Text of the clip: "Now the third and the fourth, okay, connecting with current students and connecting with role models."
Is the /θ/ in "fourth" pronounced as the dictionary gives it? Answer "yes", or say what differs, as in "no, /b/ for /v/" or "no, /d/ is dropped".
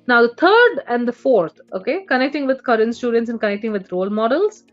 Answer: no, /t/ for /θ/